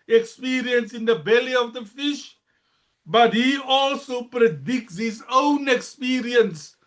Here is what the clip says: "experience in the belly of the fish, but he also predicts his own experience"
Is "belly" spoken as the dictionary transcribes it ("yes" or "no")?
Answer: yes